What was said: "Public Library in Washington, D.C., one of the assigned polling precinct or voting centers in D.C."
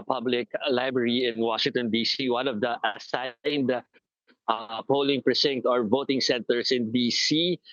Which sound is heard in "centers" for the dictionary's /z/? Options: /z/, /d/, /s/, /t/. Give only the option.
/s/